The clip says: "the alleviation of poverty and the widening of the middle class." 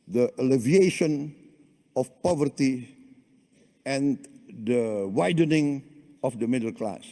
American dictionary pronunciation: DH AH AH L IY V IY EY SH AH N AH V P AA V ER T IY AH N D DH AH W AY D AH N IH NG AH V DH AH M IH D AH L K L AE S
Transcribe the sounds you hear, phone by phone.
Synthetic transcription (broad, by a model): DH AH AH L IY V IY EY SH AH N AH F P AA V ER T IY AH N D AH W AY D AH N IH NG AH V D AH M IH D AH L K L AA S